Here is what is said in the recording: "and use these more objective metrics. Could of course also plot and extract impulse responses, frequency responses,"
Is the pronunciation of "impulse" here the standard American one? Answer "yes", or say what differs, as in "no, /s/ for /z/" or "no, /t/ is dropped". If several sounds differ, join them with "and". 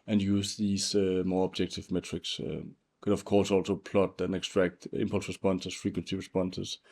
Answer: yes